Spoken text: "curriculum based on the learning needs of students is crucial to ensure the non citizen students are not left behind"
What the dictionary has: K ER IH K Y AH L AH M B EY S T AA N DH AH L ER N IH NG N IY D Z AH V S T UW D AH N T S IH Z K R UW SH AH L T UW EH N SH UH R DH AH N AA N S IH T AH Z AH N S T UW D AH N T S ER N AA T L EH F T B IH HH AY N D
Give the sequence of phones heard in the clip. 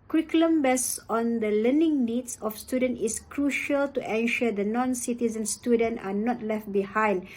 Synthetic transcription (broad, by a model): K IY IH K L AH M B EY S AA N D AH L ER N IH NG N IY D S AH F S T UW D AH N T IH S K R UW SH AH L T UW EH N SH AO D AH N AA N S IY T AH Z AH N S T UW D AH N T AA N AA T L EH F T B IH HH AY N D